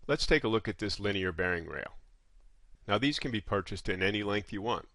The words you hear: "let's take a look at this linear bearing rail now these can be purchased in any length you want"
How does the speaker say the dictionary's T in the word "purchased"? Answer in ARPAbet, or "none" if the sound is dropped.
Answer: T